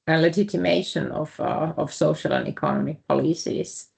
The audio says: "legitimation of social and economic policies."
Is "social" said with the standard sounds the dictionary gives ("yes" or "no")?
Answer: yes